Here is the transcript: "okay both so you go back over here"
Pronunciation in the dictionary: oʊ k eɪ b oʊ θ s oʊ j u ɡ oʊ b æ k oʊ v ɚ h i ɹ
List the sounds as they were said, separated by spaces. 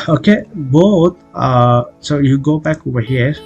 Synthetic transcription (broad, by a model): oʊ k eɪ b oʊ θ s oʊ j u ɡ oʊ b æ k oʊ ɚ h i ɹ